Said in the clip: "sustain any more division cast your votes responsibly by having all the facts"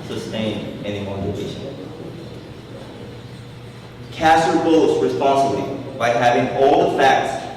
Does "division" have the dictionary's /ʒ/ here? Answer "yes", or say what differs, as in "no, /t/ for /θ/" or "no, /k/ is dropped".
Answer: no, /ʃ/ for /ʒ/